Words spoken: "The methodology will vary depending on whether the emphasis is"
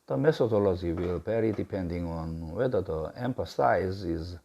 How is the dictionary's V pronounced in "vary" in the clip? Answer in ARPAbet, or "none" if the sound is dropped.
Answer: B